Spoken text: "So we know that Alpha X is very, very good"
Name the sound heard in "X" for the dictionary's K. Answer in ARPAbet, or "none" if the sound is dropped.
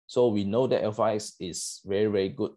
none